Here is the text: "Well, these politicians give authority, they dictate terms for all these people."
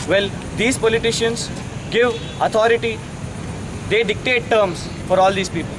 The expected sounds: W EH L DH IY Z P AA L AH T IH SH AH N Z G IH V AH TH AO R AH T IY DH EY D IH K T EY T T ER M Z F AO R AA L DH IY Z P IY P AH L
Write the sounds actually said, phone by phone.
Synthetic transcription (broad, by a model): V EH L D IY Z P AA L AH T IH SH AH N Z G IH V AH T AO R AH T IY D EY D IH K T EY T T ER M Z F AO R AA L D IY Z P IY P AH L